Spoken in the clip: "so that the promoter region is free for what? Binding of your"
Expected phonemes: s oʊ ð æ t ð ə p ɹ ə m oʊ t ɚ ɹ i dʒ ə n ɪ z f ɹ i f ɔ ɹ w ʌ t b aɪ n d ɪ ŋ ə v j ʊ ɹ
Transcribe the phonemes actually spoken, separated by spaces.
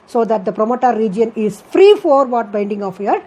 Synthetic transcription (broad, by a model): s oʊ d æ t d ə p ɹ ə m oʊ t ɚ ɹ i dʒ ə n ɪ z f ɹ i f ɔ ɹ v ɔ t b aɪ n d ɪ ŋ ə f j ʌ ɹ